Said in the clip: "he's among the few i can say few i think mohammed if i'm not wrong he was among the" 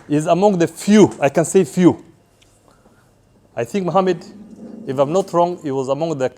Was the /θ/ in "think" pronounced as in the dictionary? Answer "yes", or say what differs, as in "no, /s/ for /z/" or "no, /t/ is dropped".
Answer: yes